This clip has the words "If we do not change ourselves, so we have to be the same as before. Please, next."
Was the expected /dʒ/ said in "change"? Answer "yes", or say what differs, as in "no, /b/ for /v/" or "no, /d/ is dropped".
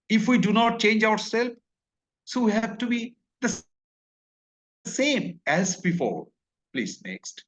yes